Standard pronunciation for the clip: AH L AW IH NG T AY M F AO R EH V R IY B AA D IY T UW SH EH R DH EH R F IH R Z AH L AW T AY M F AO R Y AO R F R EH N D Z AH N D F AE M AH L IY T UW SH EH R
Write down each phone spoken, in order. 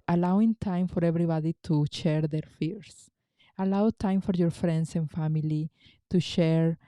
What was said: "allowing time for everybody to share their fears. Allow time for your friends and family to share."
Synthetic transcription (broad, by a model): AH L AW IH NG T AY M F AO R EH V R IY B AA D IY T UW SH EH R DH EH R F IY R S AH L AW T AY M F AO R Y AO R F R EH N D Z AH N F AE M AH L IY T UW SH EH R